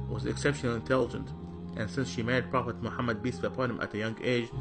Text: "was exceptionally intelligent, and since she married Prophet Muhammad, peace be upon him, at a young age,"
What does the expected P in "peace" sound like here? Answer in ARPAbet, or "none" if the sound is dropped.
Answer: B